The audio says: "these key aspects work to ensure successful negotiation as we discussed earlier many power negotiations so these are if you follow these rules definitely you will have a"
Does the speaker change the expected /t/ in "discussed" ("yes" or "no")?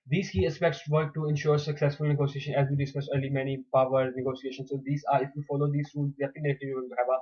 yes